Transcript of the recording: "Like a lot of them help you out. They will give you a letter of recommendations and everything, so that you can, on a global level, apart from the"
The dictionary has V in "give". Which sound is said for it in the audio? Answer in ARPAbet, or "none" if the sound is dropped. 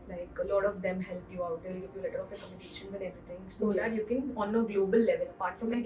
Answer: F